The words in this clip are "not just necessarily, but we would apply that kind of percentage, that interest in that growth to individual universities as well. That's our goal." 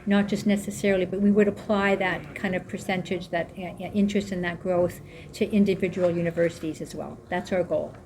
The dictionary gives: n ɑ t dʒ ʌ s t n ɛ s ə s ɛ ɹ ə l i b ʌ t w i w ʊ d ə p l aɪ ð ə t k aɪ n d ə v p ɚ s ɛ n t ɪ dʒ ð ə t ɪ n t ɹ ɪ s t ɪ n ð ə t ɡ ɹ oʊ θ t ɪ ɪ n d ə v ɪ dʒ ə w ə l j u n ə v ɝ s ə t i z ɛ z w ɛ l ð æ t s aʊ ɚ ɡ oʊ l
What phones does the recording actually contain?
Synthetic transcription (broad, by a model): n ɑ t dʒ ʌ s t n ɛ s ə s ɛ ɹ l i b ʌ t w i w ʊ d ə p l aɪ ð ə t k aɪ n d ə v p ɚ s ɛ n t ɪ dʒ ð ə t ɪ n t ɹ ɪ s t ɪ n ð ə t ɡ ɹ oʊ θ t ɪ ɪ n d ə v ɪ dʒ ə w l j u n ə v ɝ s ə t i z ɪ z w ɛ l ð æ t s aʊ ɚ ɡ oʊ l